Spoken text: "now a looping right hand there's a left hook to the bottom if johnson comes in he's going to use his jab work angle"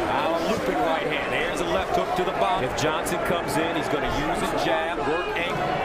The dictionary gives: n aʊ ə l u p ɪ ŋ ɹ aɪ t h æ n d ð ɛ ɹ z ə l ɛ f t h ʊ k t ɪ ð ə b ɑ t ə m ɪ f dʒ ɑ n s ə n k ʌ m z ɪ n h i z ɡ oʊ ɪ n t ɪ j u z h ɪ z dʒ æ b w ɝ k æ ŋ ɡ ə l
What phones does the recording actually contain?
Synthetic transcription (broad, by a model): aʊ ə l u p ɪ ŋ ɹ aɪ t h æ n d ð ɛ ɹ z ə l ɛ f t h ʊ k t ɪ ð ə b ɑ ɪ f dʒ ɑ n s ə n k ʌ m z ɪ n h i z ɡ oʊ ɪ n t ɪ j u z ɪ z dʒ æ b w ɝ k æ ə